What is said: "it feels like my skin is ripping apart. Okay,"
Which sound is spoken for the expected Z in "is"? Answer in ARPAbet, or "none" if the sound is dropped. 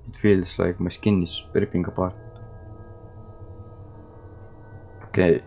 S